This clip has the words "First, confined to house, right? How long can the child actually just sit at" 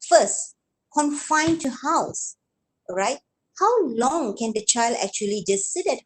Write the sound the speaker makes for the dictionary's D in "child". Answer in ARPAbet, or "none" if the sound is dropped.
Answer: D